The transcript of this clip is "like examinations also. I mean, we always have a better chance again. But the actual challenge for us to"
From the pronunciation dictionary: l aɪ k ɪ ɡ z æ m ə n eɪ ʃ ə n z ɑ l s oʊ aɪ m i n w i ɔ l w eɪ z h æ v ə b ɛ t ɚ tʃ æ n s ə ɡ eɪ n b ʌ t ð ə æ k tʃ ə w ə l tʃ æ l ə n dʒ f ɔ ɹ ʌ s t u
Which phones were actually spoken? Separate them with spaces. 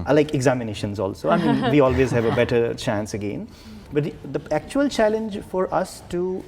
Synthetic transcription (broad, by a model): l aɪ k ɪ ɡ z æ m ə n eɪ ʃ ə n z ɑ l s oʊ aɪ m i n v i ɔ l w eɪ z h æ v ə b ɛ t ɚ tʃ æ n s ə ɡ eɪ n b ʌ t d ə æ k tʃ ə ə l tʃ æ l ə n dʒ f ɔ ɹ ʌ s t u